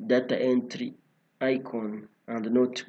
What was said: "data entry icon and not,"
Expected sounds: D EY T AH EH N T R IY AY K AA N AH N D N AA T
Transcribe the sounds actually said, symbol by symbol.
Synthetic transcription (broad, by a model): D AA T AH EH N T R IY AY K AA N AH N D N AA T